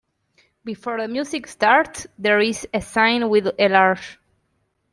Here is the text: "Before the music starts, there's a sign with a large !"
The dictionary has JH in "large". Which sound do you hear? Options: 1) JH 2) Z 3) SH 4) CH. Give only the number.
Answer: 3